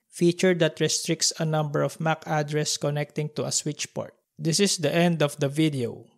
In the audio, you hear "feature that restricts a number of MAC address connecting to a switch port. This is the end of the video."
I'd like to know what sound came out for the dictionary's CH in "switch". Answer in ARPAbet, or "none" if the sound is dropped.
CH